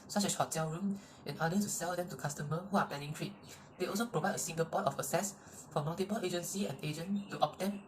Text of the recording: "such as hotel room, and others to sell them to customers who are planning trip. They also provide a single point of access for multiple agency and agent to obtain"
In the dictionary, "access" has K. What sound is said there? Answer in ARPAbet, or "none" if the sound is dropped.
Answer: none